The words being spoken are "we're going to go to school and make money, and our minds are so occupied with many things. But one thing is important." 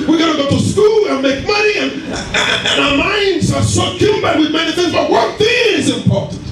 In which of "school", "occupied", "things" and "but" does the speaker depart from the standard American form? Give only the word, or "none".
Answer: occupied